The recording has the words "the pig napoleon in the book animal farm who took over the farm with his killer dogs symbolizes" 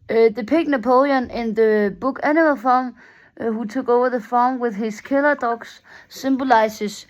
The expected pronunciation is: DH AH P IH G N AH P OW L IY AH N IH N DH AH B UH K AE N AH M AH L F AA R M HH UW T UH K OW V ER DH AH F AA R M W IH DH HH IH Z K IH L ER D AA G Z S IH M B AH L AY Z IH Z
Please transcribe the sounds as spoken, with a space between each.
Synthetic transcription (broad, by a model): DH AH P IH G N AH P OW L IY AH N IH N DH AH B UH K AE N AH M AH L F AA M HH UW S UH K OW V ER DH AH F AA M W IH DH HH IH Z K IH L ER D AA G S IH M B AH L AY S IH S